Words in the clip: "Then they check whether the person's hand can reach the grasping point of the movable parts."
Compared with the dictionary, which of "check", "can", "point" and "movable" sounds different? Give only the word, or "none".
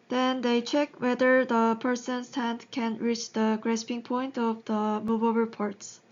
movable